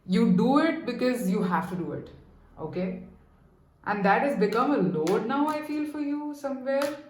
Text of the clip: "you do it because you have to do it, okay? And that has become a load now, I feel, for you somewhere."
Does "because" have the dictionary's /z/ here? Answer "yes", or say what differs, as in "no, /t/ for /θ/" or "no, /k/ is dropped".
yes